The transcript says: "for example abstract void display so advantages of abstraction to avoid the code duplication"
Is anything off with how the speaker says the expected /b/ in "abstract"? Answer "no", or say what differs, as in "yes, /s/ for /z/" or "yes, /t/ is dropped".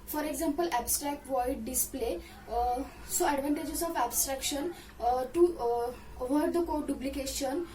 no